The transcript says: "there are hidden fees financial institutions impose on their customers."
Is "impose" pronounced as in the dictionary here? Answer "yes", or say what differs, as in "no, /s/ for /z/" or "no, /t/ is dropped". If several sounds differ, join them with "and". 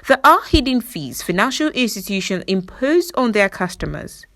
yes